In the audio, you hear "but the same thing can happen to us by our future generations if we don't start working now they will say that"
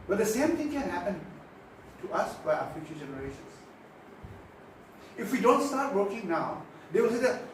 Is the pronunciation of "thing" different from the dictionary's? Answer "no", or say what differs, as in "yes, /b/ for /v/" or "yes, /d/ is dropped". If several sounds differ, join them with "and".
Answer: yes, /t/ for /θ/